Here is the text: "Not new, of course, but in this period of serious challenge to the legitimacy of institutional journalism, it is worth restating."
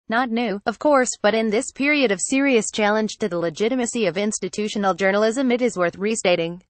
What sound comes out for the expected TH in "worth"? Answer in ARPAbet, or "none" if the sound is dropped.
TH